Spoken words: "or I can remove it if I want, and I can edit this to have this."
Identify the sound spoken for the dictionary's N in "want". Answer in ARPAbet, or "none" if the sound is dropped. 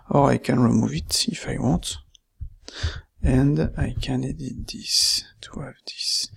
none